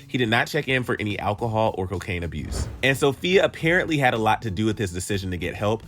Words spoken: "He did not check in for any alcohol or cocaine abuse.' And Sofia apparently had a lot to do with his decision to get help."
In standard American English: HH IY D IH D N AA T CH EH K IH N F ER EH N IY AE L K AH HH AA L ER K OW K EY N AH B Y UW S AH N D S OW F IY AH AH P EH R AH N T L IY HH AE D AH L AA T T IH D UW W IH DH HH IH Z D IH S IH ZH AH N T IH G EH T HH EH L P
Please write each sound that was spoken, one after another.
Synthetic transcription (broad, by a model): HH IY D IH D N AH T CH EH K IH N F ER EH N IY AE L K AH HH AA L ER K OW K EY N AH B Y UW S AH N S OW F IY AH AH P EH R AH N T L IY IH D AH L AA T T IH D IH W IH DH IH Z D IH S IH ZH AH N T IH G EH T HH EH L P